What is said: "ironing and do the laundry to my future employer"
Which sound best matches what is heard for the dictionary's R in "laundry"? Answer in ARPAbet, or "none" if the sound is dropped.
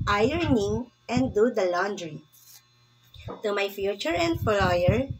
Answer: R